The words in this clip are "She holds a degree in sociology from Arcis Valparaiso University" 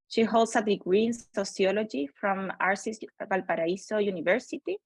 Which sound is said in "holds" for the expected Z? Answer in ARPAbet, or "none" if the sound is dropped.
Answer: S